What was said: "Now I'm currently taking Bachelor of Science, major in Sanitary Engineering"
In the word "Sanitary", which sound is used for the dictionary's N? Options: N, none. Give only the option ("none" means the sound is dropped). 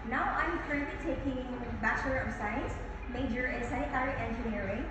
none